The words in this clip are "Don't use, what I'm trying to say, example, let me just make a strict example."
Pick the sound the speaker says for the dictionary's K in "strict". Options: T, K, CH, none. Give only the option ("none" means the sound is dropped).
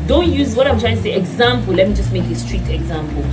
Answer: none